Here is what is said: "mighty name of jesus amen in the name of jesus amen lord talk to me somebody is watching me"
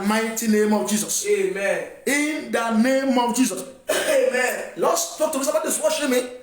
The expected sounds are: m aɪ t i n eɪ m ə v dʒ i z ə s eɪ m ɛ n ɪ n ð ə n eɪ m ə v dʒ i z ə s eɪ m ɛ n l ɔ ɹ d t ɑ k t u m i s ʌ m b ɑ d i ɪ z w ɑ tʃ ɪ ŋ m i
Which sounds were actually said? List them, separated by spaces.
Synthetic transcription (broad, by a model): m aɪ t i n eɪ m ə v dʒ i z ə s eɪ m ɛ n ɪ n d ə n eɪ m ə v dʒ i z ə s eɪ m ɛ n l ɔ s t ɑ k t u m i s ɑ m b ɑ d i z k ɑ ʃ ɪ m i